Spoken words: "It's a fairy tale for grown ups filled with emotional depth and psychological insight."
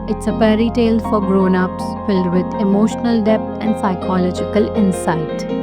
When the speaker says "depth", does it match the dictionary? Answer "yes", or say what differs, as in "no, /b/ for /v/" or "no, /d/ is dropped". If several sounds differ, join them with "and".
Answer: no, /t/ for /θ/